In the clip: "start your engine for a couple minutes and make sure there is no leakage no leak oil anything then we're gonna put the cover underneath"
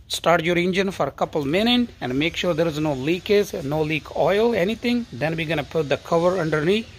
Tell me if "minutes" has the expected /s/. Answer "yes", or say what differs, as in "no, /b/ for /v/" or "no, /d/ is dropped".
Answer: no, /s/ is dropped